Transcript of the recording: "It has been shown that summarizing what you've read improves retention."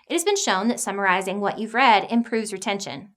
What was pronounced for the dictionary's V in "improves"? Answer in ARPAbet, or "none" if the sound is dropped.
V